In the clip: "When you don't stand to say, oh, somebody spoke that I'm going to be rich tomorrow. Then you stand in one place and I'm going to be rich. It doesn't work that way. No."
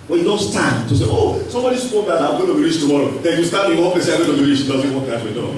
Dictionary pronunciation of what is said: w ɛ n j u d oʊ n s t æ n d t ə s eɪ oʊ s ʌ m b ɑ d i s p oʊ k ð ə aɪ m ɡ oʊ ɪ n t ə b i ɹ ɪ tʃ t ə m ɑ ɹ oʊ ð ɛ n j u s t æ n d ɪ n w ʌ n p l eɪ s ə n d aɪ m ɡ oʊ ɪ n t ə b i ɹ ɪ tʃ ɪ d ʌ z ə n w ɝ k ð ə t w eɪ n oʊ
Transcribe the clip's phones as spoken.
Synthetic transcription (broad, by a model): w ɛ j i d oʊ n s t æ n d t ə s eɪ oʊ s ʌ m b ɑ d i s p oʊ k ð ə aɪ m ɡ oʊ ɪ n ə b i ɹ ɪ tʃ t ə m ɑ ɹ oʊ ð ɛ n j u s t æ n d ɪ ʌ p eɪ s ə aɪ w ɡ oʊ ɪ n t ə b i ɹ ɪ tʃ ɪ d ʌ z ə n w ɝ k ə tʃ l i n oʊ